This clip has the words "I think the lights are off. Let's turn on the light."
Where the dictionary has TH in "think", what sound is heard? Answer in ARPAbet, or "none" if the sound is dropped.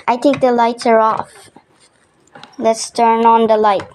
T